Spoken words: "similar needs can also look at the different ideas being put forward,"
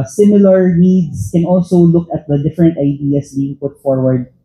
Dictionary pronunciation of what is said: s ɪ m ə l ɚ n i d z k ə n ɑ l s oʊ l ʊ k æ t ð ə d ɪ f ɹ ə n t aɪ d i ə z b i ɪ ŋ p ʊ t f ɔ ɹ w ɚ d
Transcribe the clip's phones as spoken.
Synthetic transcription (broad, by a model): s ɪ m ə l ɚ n i d s k ə n ɑ l s oʊ l ʊ k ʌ t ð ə d ɪ f ɹ ə n t aɪ d i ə s b i ɪ ŋ p ʊ t f ɔ ɹ w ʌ d